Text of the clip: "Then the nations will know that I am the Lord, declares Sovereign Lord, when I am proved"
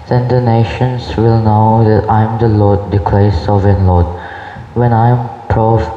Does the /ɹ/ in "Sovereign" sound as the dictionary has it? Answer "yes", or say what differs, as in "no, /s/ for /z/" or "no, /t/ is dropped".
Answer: no, /ɹ/ is dropped